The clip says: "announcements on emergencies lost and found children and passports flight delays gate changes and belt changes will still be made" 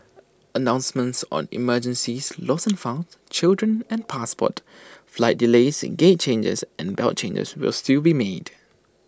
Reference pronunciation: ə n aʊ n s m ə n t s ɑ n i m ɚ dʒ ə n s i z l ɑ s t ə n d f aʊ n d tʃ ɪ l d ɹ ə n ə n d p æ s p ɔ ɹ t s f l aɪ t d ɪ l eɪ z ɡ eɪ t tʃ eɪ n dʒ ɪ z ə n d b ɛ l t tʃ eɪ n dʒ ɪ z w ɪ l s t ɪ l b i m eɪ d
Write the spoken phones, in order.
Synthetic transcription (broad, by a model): ə n aʊ n s m ə n t s ɑ n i m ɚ dʒ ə n s i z l ɑ s ə n f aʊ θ tʃ ɪ l d ɹ ə n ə n p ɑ s p ɔ t f l aɪ t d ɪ l eɪ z ɡ eɪ t tʃ eɪ n dʒ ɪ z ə n b ɛ l t tʃ eɪ n dʒ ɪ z w ɪ l s t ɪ l b i m eɪ d